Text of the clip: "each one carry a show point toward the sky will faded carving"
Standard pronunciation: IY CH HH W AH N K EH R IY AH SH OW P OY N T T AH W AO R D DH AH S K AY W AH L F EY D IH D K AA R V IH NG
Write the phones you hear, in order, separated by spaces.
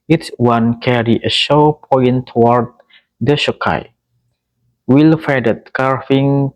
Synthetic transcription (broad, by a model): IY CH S W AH N K EH R IY AH SH OW P OY N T T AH W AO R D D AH SH K AY W AH L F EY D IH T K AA R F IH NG